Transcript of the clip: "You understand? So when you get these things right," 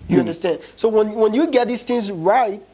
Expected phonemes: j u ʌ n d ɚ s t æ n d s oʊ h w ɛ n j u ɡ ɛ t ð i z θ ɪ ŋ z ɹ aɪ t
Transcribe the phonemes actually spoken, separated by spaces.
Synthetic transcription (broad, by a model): j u ʌ n d ɚ s t æ n d s oʊ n w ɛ n j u ɡ ɛ t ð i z θ ɪ ŋ z ɹ aɪ t